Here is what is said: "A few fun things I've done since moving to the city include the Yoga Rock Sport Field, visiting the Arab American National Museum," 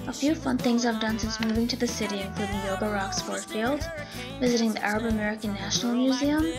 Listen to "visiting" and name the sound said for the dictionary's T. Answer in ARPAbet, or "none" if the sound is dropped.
T